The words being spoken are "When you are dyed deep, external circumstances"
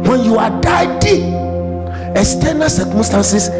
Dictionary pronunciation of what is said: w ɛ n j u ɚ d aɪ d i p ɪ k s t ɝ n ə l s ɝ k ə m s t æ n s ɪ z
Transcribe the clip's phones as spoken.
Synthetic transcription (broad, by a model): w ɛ n j u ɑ d aɪ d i ɪ s t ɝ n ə s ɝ k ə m s t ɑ n s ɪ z